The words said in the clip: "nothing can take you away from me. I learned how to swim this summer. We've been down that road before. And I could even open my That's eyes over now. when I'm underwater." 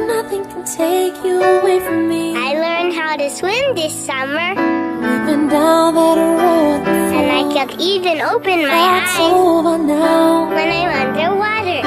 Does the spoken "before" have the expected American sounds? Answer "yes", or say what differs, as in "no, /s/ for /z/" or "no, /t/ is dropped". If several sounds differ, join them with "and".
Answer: no, /f/ is dropped